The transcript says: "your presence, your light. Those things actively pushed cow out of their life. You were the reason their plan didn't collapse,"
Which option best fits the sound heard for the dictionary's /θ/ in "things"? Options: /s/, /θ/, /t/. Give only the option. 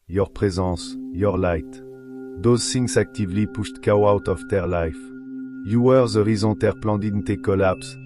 /s/